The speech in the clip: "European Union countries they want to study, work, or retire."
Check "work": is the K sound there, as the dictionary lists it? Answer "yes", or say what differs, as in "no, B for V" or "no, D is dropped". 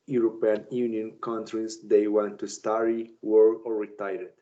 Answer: no, K is dropped